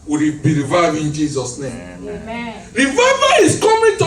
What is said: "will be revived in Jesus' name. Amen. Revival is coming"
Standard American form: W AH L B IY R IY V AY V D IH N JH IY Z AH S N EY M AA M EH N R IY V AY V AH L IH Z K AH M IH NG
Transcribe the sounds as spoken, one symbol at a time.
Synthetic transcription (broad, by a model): W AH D B IY R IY V AY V IH N JH IY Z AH S N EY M M R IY V AY V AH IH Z K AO M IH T